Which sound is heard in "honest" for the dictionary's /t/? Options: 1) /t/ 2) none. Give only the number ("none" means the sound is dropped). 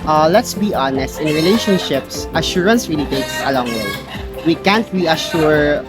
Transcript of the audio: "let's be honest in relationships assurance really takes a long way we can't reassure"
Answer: 1